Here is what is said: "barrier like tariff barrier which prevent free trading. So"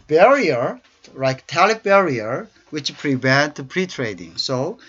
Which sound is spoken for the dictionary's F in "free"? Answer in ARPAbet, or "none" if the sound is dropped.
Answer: P